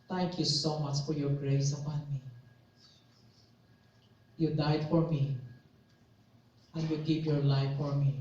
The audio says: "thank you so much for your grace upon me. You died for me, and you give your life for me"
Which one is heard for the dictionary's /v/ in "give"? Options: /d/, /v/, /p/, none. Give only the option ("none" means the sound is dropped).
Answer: /p/